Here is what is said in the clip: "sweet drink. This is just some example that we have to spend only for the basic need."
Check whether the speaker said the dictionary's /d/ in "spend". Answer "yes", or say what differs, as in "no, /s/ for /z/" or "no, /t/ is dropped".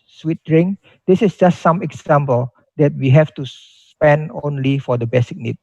yes